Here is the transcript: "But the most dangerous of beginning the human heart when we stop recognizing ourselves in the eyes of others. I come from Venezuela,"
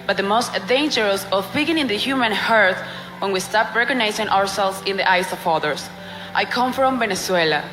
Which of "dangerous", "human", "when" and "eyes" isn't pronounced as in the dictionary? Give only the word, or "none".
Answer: eyes